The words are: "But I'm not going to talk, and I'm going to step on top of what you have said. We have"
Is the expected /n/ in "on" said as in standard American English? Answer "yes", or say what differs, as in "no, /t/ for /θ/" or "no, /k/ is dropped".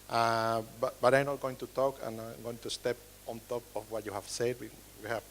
yes